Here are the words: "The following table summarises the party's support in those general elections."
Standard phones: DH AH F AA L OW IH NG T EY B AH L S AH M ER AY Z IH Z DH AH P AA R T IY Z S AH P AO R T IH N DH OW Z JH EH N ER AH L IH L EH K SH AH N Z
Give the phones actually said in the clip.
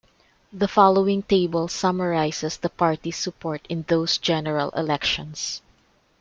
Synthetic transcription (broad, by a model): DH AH F AA L OW IH NG T EY B AH L S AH M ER AY S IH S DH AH P AA R T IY S AH P AO R T IH N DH OW S JH EH N ER AH L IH L EH K SH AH N S